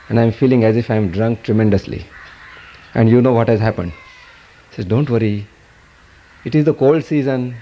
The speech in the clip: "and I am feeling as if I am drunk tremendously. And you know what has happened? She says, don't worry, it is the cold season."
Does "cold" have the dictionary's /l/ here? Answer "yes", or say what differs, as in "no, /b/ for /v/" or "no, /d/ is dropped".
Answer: yes